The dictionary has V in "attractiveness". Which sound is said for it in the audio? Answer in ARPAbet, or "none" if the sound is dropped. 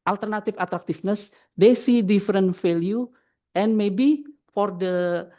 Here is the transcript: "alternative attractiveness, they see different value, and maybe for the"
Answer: F